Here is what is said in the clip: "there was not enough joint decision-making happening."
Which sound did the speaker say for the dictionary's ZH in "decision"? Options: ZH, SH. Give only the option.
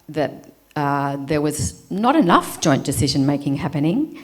ZH